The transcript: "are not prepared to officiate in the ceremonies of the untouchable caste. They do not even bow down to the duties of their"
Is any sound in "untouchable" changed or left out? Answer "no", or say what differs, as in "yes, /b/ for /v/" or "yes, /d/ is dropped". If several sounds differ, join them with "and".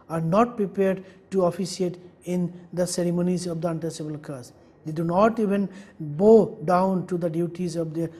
yes, /s/ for /tʃ/